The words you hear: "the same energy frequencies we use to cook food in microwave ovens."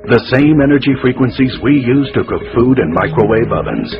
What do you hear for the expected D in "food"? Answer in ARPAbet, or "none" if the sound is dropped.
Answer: D